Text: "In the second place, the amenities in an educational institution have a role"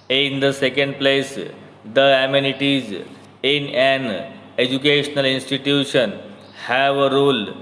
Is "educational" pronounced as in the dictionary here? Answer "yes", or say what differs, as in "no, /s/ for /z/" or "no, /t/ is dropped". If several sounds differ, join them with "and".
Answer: yes